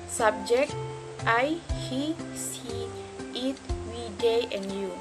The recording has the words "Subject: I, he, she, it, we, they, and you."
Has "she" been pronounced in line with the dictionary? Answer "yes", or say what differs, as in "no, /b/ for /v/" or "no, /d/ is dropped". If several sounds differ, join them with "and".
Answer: no, /s/ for /ʃ/